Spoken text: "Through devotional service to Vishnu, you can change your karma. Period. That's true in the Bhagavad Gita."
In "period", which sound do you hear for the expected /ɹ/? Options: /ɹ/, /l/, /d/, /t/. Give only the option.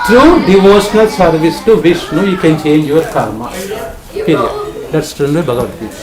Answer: /l/